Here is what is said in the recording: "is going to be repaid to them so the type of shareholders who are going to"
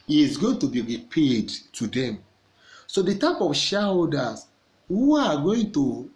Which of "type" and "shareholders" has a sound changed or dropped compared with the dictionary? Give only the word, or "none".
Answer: shareholders